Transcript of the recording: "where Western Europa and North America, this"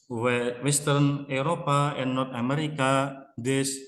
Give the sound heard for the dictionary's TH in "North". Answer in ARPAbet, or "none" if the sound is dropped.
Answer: T